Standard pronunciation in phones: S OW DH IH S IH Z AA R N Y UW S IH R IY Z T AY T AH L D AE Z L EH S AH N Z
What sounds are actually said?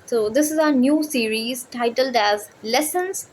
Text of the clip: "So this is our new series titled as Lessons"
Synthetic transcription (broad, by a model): S OW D IH S IH Z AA N Y UW S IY R IY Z T AY T AH L D AE Z L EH S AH N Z